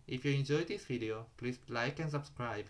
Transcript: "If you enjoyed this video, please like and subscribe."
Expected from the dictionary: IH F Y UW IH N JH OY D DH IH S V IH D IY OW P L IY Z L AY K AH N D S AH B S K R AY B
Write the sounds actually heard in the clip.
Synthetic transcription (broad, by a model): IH F Y UW IH N JH OY D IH S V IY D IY OW P L IY S L AY K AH N S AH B S K R AY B